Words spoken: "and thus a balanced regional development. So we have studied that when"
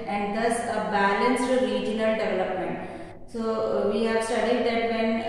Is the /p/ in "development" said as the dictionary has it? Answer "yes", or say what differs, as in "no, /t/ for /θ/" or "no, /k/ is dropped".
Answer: yes